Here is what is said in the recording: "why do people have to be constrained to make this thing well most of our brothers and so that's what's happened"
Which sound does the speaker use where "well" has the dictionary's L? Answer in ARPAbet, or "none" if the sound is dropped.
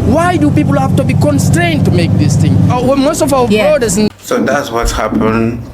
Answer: W